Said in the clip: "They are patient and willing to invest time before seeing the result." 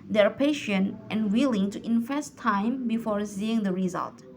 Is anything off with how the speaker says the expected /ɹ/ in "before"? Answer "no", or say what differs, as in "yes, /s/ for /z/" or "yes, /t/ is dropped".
no